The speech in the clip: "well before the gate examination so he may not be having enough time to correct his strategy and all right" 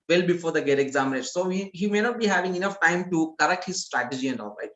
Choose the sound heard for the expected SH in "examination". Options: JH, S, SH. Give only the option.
S